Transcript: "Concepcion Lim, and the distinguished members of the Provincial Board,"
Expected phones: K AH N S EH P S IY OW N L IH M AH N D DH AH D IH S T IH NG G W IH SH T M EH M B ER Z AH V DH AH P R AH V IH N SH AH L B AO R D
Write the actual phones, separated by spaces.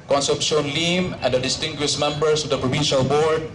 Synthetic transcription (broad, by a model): K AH N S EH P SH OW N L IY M AH N D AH D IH S T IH NG G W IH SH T M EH M B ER S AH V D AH P R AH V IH N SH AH L B AO R D